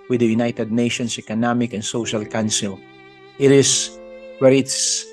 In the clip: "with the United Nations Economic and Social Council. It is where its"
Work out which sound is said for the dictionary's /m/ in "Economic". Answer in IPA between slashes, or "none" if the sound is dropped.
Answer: /m/